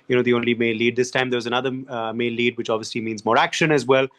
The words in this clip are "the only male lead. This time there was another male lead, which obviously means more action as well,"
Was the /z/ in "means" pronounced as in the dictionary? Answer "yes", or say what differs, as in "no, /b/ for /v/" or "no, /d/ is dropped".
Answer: yes